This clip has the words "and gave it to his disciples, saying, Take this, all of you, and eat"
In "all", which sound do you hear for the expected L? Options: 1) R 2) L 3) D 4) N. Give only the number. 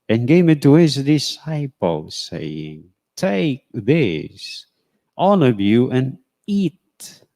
4